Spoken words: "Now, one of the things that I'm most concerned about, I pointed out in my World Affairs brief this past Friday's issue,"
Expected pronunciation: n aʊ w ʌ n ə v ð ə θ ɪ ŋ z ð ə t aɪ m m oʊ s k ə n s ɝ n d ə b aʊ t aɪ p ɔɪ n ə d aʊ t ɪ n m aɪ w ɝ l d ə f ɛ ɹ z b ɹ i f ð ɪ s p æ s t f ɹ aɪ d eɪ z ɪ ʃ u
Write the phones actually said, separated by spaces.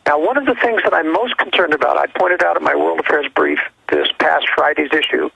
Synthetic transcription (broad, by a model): n aʊ w ʌ n ə v ð ə θ ɪ ŋ z ð ə t aɪ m m oʊ s k n s ɝ n d ə b aʊ t aɪ p ɔɪ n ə d aʊ t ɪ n m aɪ w ɝ l d ə f ɛ ɹ z b ɹ i f ð ɪ s p æ s t f ɹ aɪ d eɪ z ɪ ʃ u